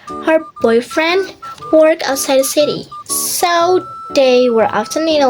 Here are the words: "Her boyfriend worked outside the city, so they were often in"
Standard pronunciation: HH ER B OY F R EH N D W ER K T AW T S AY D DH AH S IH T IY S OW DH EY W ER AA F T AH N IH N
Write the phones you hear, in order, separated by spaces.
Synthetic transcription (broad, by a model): HH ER B OY F R EH N D W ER K AW T S AY D DH AH S IH T IY S OW DH EY W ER AA F T AH N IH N